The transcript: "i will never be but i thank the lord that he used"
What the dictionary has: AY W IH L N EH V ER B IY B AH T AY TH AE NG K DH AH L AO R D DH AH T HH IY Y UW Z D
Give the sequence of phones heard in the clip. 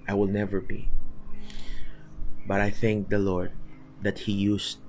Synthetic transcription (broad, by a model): AY W IH L N EH V ER B IY B AH T AY TH AE NG K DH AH L AO R D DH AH T HH IY Y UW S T